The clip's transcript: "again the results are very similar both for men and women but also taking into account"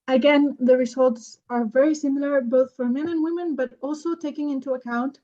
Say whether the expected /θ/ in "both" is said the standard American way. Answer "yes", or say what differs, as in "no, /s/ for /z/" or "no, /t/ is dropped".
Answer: yes